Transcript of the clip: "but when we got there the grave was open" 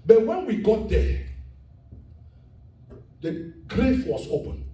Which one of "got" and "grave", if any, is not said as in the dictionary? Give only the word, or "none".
grave